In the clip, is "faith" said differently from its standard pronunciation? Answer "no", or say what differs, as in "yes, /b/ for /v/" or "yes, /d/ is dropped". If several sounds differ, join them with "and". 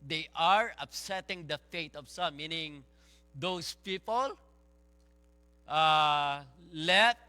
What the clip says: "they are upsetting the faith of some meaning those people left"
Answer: yes, /t/ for /θ/